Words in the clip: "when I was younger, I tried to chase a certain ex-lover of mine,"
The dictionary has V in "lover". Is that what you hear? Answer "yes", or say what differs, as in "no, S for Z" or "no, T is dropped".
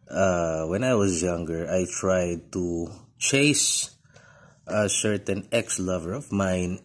yes